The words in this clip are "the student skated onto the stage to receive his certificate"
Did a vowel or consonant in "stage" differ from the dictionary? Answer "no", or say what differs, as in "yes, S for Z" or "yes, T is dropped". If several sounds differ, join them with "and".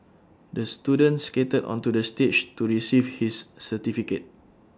yes, CH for JH